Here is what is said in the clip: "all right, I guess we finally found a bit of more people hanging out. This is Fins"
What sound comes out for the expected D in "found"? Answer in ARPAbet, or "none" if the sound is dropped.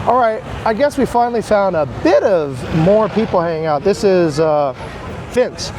D